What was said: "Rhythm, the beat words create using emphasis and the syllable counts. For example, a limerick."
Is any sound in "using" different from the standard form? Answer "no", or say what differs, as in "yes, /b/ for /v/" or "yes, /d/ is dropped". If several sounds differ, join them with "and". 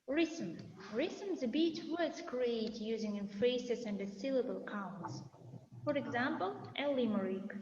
no